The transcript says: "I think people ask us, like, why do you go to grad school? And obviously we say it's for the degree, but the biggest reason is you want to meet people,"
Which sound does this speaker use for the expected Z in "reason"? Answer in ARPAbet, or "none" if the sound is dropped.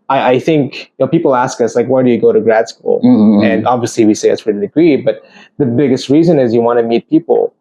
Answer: Z